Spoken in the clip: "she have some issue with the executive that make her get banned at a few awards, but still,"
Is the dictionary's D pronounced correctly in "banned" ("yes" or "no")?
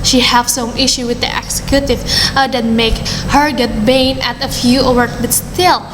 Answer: no